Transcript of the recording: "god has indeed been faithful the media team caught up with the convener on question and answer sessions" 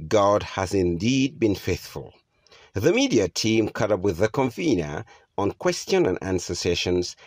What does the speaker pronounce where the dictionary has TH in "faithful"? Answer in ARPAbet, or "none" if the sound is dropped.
TH